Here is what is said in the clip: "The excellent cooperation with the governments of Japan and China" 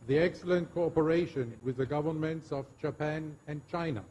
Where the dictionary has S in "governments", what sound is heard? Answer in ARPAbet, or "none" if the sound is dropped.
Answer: S